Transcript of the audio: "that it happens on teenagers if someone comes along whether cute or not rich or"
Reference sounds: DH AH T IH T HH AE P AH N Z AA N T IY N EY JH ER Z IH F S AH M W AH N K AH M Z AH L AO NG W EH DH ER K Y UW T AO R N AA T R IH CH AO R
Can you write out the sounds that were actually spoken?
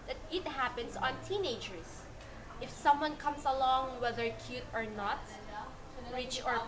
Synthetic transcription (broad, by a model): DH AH T IH T HH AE P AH N S AA N T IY N EY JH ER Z IH F S AH M W AH N K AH M S AH L AO NG W EH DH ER K Y UW T AO R N AA T R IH CH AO R